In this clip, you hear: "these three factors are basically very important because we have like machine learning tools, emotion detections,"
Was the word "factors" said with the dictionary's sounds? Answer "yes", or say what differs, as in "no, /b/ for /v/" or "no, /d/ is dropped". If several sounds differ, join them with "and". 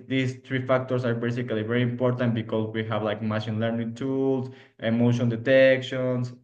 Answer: no, /s/ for /z/